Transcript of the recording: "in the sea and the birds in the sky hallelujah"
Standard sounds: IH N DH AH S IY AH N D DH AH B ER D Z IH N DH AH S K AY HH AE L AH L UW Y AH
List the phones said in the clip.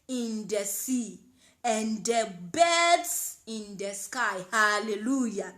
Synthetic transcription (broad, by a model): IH N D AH S IY AH N D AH B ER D S IH N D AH S K AY HH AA L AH L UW Y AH